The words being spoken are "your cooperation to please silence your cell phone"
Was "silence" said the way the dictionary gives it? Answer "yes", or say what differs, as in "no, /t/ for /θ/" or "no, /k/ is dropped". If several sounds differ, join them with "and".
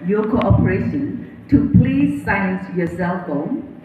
no, /l/ is dropped